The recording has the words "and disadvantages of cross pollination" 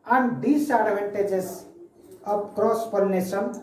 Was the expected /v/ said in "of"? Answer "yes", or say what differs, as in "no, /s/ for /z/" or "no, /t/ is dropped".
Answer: no, /p/ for /v/